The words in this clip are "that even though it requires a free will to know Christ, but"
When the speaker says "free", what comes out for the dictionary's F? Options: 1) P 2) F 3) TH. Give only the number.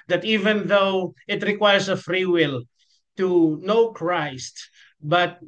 2